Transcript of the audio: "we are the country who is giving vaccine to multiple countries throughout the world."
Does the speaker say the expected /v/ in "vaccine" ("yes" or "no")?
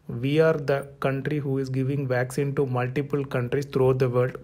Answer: yes